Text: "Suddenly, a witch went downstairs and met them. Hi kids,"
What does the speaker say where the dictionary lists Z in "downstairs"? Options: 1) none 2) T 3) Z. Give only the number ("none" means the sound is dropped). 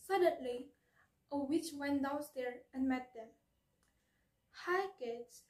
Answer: 1